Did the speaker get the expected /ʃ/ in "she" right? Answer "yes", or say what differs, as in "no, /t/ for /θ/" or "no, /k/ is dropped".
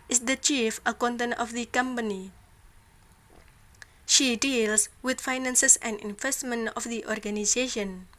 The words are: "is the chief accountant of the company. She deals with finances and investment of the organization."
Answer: yes